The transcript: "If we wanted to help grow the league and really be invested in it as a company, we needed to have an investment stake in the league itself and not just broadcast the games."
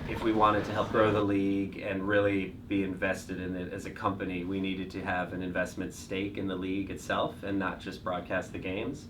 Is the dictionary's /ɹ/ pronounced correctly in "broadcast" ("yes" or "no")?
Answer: yes